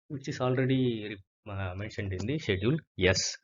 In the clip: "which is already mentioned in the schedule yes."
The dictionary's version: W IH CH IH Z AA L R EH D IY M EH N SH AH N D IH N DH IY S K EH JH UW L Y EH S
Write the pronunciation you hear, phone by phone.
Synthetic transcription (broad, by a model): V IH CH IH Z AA L R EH D IY M EH N SH AH N D IH N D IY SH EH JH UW L Y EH S